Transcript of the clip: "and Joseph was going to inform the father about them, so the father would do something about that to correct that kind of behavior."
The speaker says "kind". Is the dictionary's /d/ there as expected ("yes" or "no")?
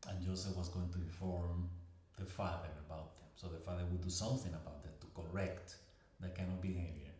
no